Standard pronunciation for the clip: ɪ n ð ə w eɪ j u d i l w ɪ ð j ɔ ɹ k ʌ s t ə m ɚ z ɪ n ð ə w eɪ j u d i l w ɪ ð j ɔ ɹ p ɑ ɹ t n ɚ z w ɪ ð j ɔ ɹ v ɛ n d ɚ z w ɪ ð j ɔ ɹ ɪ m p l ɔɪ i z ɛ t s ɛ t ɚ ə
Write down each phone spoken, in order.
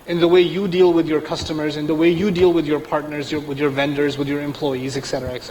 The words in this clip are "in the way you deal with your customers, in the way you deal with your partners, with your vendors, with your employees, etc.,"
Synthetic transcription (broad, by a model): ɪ n ð ə w eɪ j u d i l w ɪ ð j ɔ ɹ k ʌ s t ə m ɚ z ɪ n ð ə w eɪ j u d i l w ɪ ð j ɔ ɹ p ɑ ɹ t n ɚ z w ɪ ð j ɔ ɹ v ɛ n d ɚ z w ɪ ð j ɔ ɹ ɪ m p l ɔɪ i z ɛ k s ɛ t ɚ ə